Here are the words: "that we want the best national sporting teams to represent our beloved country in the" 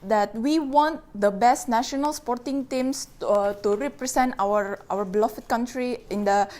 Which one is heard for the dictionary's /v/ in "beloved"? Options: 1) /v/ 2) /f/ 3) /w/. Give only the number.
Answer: 2